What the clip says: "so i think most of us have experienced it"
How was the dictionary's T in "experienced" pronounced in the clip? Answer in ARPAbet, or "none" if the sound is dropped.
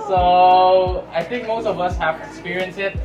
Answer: none